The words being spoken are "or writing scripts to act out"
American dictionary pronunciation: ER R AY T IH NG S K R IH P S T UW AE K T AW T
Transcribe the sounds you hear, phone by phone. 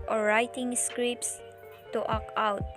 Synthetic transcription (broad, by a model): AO R AY T IH NG S K R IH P S T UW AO K AW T